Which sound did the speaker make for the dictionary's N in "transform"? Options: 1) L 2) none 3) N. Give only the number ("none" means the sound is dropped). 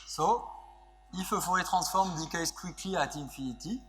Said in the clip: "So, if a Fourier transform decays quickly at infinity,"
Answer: 2